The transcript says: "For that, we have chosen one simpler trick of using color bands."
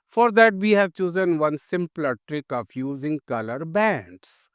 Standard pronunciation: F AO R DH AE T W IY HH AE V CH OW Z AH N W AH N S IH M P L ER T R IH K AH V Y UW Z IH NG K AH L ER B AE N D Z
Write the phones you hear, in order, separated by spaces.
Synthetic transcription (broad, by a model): F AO R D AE T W IY HH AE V CH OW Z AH N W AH N S IH M P L ER T R IH K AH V Y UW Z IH NG K AH L ER B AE N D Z